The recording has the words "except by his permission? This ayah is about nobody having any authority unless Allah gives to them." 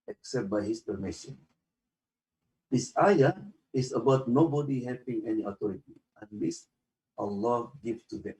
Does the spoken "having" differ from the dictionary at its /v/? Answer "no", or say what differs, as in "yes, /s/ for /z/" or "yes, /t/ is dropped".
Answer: yes, /p/ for /v/